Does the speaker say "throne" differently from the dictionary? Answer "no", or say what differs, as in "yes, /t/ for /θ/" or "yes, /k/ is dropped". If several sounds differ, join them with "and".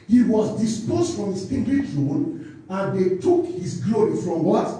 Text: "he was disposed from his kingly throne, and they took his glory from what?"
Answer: yes, /t/ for /θ/